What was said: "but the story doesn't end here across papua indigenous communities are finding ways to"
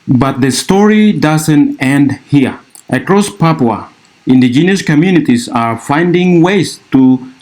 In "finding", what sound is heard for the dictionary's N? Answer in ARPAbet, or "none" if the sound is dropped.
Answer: N